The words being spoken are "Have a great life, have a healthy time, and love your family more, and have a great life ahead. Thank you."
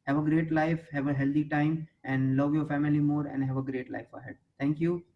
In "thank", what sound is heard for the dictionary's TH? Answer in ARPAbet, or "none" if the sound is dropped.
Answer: T